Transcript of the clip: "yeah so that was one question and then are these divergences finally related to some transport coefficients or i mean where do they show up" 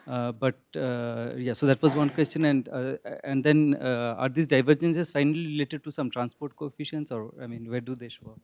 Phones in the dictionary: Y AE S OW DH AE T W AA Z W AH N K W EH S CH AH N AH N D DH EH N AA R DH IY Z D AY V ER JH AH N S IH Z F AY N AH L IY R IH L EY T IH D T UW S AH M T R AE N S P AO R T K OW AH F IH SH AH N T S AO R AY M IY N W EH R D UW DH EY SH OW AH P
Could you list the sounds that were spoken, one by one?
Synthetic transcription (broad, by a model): Y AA S OW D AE T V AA Z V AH N K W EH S CH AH N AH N D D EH N AA R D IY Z D AY V ER JH AH N S IH Z F AY N AH L IY R IH L EY T IH D T UW S AH M T R AE N S P AO R T K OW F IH SH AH N S AO R AY M IY N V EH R D UW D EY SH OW